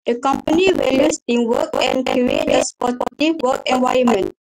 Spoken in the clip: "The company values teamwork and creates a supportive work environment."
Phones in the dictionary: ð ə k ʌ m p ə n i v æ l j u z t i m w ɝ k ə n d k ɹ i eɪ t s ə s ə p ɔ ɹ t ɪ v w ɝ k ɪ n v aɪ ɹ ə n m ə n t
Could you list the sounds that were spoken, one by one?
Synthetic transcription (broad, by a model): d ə k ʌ m p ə n i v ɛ l j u s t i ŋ w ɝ k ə n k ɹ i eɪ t ə s p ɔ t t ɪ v w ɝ k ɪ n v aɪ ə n m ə n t